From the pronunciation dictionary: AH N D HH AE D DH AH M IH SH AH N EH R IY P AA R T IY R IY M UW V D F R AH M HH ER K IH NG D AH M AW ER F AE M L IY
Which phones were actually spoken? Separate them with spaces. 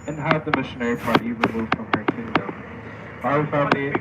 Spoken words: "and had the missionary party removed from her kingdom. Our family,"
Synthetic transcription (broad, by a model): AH N HH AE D DH AH M IH SH AH N EH R IY P AA R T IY R IY M UW V D F R AH M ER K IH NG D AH UH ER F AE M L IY